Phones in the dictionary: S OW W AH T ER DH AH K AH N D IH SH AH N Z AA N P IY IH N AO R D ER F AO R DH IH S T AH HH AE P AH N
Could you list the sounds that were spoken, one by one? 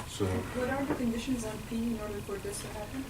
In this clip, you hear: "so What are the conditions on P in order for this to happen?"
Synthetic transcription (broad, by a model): S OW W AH T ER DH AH K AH N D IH SH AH N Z AA N P IY IH N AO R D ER P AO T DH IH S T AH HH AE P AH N